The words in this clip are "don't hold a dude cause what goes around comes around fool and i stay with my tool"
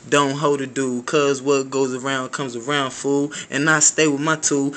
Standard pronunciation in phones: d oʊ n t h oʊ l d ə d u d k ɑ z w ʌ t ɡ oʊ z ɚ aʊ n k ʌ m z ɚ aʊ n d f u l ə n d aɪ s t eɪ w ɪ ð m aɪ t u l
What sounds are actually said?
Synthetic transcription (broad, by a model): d oʊ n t h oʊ d ə d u k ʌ z w ʌ t ɡ oʊ z ɚ aʊ n k ʌ m z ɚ aʊ n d f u l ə n aɪ s t eɪ w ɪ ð m aɪ t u